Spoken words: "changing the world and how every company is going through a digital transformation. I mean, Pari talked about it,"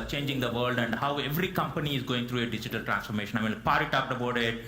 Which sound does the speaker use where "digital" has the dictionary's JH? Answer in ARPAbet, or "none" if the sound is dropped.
JH